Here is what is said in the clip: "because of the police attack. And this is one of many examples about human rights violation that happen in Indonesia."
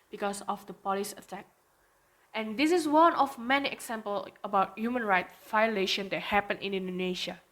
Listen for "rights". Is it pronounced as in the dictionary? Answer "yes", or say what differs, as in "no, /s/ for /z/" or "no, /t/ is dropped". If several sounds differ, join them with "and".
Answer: no, /s/ is dropped